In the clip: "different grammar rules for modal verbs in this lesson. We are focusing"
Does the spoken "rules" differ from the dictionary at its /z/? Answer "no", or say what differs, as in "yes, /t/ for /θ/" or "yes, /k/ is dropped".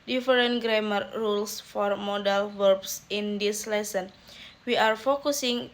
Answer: yes, /s/ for /z/